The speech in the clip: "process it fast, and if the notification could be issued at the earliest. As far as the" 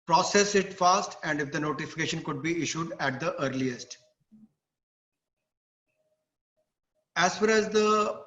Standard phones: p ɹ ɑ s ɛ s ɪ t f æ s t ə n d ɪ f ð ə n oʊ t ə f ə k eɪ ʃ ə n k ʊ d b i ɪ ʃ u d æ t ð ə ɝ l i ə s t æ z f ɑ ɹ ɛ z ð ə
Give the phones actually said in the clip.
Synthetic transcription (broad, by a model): p ɹ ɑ s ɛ s ɪ t f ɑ s t ə n d ɪ f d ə n oʊ t ə f ə k eɪ ʃ ə n k ʊ d b i ɪ ʃ u d æ t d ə ɝ l i ə s t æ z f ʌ ɹ ɛ z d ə